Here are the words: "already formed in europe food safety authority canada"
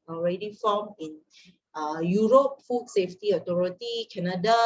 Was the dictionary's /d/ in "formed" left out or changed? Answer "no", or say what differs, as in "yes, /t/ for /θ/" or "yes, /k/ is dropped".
yes, /d/ is dropped